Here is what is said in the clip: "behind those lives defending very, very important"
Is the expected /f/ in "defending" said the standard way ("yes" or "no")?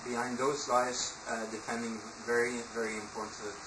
no